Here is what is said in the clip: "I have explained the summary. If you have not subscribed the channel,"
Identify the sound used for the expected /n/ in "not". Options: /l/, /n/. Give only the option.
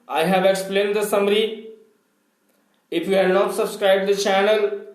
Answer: /n/